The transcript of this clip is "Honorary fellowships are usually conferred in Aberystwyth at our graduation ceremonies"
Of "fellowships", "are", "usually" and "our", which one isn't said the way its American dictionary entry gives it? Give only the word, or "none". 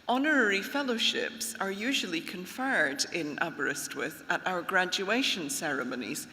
none